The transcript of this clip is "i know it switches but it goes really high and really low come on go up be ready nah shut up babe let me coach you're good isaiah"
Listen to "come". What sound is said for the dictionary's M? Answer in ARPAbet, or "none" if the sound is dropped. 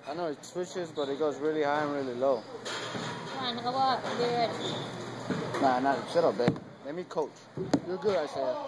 none